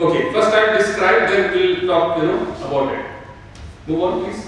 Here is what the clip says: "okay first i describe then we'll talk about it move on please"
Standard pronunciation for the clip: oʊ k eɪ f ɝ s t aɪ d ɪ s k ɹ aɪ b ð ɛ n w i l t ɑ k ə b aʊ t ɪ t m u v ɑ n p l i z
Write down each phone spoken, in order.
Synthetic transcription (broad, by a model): oʊ k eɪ f ɝ s t aɪ d ɪ s k ɹ aɪ b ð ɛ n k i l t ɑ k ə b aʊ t ɪ t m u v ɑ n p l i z